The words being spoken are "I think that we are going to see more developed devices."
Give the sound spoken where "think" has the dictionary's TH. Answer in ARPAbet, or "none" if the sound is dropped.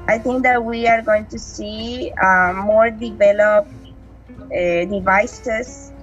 T